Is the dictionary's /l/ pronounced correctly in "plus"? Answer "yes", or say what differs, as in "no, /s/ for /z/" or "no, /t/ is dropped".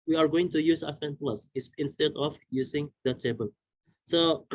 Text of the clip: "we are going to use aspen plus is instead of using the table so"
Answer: yes